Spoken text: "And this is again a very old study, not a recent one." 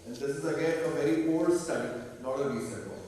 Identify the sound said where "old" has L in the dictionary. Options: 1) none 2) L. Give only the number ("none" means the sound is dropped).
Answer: 1